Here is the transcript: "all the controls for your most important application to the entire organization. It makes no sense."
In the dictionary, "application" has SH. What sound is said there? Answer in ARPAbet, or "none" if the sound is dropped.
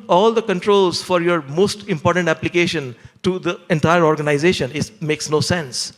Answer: SH